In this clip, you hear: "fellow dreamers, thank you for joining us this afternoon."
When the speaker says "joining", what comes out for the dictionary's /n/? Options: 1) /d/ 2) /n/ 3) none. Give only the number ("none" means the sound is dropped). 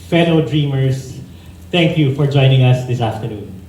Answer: 2